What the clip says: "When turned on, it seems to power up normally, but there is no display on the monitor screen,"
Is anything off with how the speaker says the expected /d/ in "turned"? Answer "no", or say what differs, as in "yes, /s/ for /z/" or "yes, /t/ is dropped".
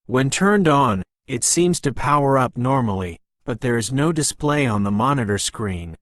no